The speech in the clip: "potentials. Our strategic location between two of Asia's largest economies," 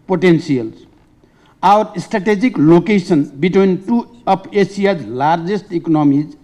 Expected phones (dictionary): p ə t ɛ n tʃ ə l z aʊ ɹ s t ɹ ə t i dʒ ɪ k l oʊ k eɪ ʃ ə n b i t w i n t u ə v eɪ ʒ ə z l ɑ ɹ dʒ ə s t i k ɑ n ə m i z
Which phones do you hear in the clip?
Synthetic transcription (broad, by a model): p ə t ɛ n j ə l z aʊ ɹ s t ɹ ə t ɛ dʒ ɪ k l oʊ k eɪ s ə n b i t w i n t u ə p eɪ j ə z l ɑ ɹ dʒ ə s t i k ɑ n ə m i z